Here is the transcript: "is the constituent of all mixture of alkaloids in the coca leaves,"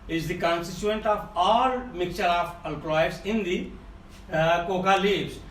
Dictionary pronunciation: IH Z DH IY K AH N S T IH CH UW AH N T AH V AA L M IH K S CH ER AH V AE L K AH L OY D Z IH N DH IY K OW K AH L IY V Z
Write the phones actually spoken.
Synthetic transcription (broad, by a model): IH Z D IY K AH N S T IH CH UW AH N T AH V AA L M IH K CH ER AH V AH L K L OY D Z IH N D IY K OW K AH L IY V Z